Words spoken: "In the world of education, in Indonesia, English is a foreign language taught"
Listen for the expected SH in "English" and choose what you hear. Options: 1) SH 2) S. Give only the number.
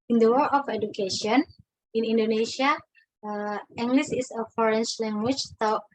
2